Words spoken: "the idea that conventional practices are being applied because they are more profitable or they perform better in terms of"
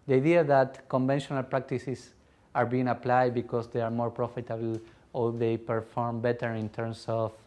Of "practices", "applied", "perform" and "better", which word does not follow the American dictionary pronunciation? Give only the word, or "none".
practices